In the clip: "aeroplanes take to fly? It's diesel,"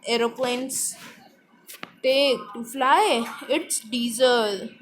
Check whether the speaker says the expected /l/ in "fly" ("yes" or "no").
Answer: yes